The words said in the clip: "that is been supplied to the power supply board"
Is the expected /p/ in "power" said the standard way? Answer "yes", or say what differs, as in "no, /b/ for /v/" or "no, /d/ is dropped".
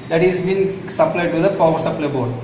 no, /f/ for /p/